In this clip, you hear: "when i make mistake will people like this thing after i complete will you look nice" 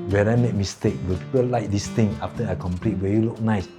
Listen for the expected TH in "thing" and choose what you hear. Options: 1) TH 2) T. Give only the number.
2